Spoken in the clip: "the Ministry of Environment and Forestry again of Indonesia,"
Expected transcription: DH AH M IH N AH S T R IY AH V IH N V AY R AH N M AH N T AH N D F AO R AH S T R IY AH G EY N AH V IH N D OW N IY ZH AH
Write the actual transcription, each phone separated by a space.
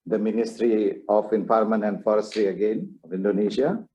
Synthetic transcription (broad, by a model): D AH M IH N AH S T R IY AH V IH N P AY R M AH N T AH N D F AO R AH S T R IY AH G EY N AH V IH N D OW N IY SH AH